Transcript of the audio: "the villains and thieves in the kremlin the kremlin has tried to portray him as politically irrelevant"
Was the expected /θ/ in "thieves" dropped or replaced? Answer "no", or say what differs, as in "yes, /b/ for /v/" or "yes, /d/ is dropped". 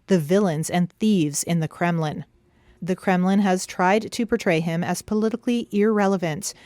no